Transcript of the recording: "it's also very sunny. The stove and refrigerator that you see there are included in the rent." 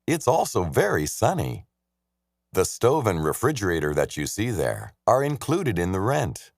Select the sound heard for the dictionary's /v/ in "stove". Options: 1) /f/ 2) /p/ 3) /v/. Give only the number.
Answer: 3